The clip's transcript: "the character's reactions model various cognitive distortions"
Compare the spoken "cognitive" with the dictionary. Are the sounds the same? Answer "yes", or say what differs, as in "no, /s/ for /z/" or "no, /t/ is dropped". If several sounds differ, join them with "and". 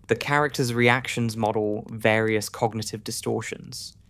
yes